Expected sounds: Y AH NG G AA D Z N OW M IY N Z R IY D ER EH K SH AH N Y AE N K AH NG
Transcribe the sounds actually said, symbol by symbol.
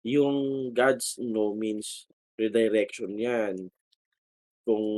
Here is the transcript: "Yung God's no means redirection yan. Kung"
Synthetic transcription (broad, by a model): Y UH NG G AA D S N OW M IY N S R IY D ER EH K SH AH N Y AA N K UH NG